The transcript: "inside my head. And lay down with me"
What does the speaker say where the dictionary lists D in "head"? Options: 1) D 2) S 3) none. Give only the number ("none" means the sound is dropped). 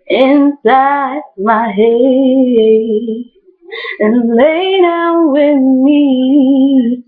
3